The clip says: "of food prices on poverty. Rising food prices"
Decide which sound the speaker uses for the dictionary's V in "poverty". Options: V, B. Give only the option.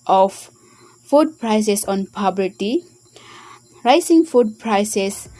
B